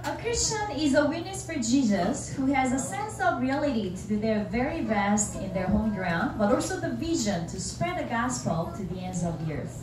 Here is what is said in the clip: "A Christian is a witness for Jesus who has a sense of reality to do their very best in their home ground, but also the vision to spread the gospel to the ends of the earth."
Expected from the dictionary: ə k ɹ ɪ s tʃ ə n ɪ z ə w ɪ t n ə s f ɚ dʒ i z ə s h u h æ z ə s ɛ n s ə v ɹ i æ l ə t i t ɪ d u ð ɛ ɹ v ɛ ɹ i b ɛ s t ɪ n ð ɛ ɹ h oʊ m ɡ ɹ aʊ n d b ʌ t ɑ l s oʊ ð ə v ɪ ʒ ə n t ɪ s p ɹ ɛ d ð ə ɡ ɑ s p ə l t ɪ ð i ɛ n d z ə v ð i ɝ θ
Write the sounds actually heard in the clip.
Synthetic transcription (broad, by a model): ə k ɹ ɪ s tʃ ə n ɪ z ə w ɪ t n ə s f ɚ dʒ i z ə s h u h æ z ə s ɛ n s ə v ɹ i æ l ə t i t ɪ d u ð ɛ ɹ v ɛ ɹ i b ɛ s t ɪ n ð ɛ ɹ h oʊ m ɡ ɹ aʊ n d b ʌ t ɑ l s oʊ ð ə v ɪ ʒ ə n t ɪ s p ɹ ɛ d ð ə ɡ ɑ s p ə l t ɪ ð i ɛ n d z ə v ð i ɝ θ